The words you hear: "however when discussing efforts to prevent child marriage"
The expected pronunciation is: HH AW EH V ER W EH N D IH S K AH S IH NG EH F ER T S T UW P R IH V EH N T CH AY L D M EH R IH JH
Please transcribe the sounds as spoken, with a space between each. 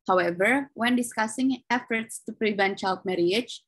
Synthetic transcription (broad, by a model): HH AW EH V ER W EH N D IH S K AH S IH NG EH F ER T S T UW P R IH V EH N T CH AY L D M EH R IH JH